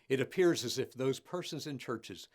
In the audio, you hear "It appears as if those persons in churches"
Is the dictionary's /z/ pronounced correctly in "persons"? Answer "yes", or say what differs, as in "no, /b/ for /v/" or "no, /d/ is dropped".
yes